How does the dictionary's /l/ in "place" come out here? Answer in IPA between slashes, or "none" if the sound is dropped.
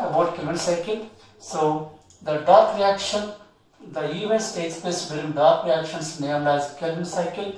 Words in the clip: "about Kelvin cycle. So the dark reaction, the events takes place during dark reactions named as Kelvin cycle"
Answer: none